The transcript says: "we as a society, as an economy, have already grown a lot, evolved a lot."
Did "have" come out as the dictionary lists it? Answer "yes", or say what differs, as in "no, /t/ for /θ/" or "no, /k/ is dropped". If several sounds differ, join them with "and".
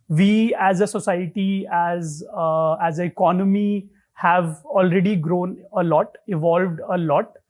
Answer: yes